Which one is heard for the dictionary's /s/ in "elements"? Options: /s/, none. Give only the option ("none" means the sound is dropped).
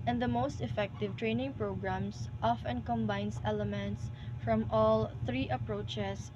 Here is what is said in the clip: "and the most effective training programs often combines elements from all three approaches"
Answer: /s/